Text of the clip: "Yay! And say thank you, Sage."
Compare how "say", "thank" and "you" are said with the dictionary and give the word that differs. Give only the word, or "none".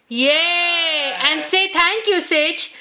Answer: thank